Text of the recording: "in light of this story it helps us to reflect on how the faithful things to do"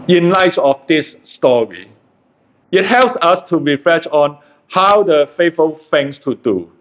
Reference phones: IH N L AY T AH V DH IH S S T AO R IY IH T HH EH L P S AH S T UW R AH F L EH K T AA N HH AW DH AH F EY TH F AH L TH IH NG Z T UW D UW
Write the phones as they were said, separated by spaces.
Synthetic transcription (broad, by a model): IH N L AY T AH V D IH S S T AO R IY IH T HH EH L P S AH S T UW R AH F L EH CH AA N HH AW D AH F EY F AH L F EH NG S T UW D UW